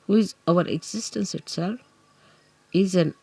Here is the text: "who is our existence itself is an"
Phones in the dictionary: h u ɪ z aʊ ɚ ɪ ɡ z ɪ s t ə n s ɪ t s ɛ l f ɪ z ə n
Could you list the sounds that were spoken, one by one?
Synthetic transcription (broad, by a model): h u ɪ z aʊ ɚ ɪ ɡ z ɪ s t ə n s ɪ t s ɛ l ɪ z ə n